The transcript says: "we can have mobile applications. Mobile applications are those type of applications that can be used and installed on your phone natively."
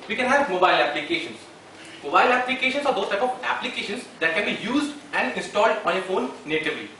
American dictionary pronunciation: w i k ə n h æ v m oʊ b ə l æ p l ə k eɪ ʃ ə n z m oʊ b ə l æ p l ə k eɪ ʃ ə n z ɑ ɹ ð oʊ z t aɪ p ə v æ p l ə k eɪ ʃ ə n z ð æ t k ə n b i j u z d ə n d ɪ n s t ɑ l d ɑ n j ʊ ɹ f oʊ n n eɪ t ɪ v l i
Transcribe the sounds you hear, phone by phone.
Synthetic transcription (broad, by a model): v i k ə n h æ v m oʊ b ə l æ p l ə k eɪ ʃ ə n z m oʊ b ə l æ p l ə k eɪ ʃ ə n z ɑ ɹ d oʊ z t aɪ p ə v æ p l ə k eɪ ʃ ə n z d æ t k ə n b i j u z d ə n d ɪ n s t ɑ l d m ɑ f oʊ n n eɪ t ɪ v l i